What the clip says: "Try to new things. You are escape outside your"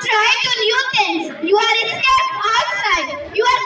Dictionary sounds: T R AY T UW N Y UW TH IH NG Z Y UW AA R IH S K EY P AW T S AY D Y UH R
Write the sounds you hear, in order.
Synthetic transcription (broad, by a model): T R AY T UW N Y UW T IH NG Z Y UW AA R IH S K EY AW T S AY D Y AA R